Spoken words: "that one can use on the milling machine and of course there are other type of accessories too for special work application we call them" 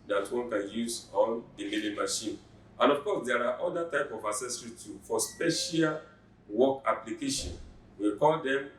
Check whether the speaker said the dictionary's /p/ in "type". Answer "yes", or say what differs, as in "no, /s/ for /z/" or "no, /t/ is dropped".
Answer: yes